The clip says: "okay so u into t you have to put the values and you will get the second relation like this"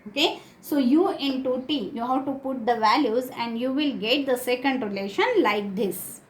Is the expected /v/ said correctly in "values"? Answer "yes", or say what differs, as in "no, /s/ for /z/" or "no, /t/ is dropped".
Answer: yes